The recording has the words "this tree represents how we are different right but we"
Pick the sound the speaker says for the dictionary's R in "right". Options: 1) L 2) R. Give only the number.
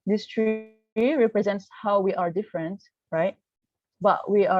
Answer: 2